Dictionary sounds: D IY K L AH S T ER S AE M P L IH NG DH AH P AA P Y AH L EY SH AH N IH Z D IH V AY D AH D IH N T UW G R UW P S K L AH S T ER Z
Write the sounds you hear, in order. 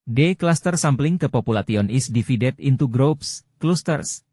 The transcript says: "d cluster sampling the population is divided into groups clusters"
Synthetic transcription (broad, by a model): D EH K L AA S T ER S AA M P L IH NG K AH P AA P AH L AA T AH N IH S D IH F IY D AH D IH N T UW G R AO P S K L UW S T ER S